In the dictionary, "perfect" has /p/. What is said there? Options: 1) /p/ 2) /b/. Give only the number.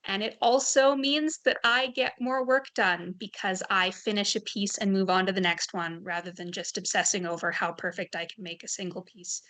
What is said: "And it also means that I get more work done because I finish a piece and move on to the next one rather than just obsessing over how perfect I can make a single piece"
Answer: 1